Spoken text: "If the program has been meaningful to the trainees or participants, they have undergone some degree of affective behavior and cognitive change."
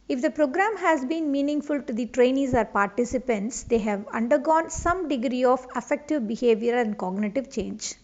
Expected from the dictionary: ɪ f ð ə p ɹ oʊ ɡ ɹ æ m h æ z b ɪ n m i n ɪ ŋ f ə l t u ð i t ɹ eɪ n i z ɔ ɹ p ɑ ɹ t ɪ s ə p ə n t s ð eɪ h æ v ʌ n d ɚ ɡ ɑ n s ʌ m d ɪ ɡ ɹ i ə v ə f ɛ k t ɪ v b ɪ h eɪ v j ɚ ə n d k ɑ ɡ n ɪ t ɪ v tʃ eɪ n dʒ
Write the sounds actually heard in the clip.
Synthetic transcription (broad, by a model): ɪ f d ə p ɹ oʊ ɡ ɹ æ m h æ z b ɪ n m i n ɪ ŋ f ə l t u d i t ɹ eɪ n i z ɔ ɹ p ɑ ɹ t ɪ s ə p ə n t s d eɪ h æ v ʌ n d ɚ ɡ ɑ n s ʌ m d ɪ ɡ ɹ i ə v ə f ɛ k t ɪ v b ɪ h eɪ v j ɚ ə n d k ɑ ɡ n ɪ t ɪ v tʃ eɪ n dʒ